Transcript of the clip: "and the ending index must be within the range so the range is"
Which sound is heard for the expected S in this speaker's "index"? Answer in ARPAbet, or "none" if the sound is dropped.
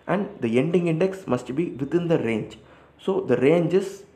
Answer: S